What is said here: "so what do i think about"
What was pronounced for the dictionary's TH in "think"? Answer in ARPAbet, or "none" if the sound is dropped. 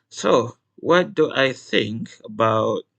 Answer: TH